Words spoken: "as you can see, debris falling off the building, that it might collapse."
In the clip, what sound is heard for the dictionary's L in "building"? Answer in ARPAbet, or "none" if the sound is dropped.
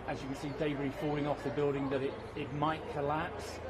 L